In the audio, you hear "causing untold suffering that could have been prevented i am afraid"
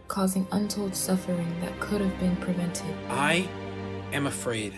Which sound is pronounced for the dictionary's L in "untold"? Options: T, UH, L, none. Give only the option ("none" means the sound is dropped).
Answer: L